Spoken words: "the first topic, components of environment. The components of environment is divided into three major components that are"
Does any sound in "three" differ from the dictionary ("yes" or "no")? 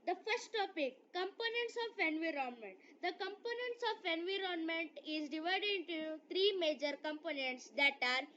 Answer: yes